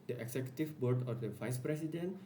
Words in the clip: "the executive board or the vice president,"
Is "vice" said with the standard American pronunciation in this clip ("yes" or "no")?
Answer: yes